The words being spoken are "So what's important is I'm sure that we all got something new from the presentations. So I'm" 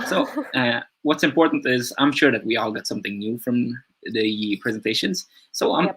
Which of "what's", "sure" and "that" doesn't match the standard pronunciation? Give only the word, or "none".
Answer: none